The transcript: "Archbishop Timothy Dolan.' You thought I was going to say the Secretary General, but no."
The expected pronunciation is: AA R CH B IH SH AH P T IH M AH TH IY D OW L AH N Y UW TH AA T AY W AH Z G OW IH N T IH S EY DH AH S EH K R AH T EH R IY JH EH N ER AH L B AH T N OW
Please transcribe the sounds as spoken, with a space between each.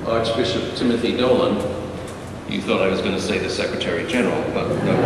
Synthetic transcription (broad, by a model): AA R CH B IH SH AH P T IH M AH TH IY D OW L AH N Y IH TH AA T AY W AH Z G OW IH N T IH S EY DH AH S EH K R AH T EH R IY JH EH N ER L B AH T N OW